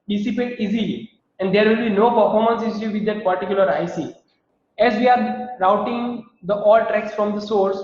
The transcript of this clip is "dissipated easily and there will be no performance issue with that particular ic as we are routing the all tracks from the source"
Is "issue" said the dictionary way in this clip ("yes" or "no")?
no